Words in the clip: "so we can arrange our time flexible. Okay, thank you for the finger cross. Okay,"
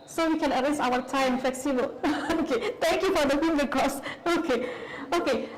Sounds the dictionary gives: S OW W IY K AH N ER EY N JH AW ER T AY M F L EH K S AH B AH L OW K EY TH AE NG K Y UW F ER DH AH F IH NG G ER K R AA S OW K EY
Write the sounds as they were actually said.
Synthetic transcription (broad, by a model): S OW W IY K AH N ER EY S AW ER T AY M F L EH K S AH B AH L OW K EY T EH NG K Y UW F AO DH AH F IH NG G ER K AA S OW K EY